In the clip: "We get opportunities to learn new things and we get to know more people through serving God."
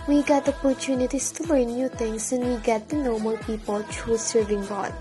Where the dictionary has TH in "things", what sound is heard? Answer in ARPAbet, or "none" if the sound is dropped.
T